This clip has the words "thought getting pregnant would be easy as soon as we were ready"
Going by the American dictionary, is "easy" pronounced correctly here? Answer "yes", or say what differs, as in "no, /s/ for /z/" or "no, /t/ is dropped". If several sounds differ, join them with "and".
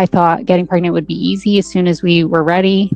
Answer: yes